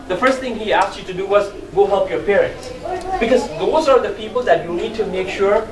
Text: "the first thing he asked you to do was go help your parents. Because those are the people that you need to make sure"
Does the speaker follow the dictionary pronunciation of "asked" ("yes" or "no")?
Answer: yes